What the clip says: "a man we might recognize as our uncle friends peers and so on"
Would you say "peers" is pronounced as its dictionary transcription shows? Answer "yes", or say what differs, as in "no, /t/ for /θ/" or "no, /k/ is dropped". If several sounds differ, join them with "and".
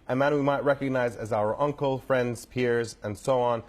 yes